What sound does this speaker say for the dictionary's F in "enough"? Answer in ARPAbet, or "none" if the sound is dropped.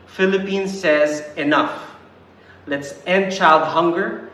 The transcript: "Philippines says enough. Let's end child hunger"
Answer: F